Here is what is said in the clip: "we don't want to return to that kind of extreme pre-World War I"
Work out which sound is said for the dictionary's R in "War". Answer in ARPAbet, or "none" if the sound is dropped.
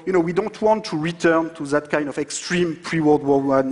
W